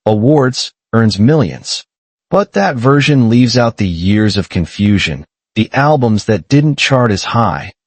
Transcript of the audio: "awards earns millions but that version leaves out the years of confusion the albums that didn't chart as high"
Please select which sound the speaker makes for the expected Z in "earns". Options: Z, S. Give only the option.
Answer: Z